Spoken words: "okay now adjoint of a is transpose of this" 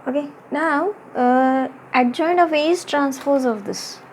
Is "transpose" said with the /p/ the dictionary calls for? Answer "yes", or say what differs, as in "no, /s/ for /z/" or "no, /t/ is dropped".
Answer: no, /f/ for /p/